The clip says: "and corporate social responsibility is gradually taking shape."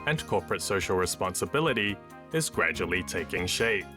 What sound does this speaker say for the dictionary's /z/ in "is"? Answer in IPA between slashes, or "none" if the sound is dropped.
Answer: /z/